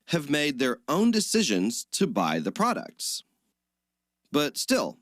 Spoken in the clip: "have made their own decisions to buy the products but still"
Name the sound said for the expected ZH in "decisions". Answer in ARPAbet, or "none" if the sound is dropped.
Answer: ZH